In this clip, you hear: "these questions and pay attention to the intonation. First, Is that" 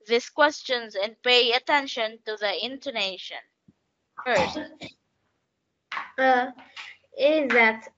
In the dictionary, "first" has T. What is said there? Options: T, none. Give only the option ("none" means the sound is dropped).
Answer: none